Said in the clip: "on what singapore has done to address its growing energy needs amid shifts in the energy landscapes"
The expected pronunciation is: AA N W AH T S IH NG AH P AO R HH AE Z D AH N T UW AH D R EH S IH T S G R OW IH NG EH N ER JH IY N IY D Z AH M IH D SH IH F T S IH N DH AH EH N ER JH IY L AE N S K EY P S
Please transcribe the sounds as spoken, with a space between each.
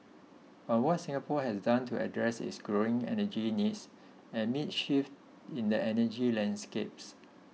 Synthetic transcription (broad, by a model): AA N W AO T S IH NG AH P AO HH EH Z D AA N T UW AH D R EH S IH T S G R OW IH NG EH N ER JH IY N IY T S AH M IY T SH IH F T IH N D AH EH N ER JH IY L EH N S K EY P S